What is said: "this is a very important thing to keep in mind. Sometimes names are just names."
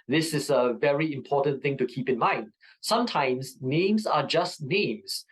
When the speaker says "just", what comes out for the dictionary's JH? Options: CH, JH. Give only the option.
JH